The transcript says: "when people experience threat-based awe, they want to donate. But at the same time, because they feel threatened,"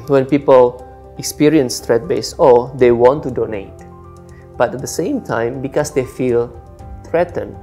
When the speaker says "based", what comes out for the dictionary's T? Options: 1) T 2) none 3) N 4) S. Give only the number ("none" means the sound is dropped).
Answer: 2